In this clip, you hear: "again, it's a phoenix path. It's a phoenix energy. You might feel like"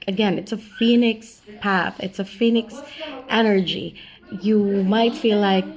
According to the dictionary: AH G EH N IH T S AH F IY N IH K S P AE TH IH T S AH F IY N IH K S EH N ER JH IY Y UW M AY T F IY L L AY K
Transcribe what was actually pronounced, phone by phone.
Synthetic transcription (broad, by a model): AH G EH N IH T S AH F IY N IH K S P AE TH IH T S AH F IY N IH K S EH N ER JH IY Y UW M AY T F IY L L AY K